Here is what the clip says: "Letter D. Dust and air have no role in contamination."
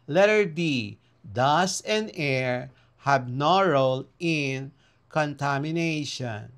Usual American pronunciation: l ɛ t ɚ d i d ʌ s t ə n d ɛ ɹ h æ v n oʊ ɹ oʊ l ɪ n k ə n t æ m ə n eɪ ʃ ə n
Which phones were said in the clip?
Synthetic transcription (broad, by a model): l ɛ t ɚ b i d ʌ s ə n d ɛ ɹ h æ b n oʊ ɹ oʊ l ɪ n k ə n t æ m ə n eɪ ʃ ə n